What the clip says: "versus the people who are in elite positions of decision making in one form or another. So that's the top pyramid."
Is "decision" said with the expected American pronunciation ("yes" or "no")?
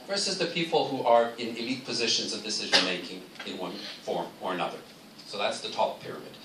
yes